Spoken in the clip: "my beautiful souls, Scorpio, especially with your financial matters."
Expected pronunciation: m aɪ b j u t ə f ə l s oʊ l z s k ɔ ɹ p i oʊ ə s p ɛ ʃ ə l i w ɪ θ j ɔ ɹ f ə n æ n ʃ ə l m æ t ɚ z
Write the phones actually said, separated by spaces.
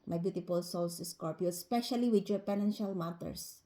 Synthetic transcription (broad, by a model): m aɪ b j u t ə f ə l s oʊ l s s k ɔ ɹ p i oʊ ə s p ɛ ʃ ə l i w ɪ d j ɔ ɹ p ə n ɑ n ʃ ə l m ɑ t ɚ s